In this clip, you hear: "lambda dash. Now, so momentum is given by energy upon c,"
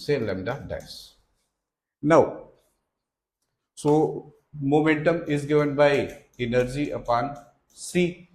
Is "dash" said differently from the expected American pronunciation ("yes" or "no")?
yes